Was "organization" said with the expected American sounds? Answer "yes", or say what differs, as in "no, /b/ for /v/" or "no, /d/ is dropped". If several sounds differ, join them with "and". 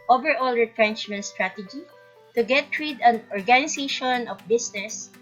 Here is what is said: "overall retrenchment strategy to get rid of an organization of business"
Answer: no, /s/ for /z/